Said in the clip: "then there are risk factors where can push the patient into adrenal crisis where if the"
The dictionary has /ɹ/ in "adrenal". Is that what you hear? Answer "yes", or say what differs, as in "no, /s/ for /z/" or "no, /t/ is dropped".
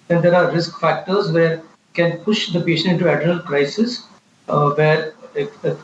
no, /ɹ/ is dropped